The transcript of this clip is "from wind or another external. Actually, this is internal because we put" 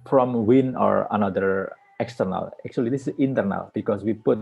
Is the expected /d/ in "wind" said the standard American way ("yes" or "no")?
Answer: no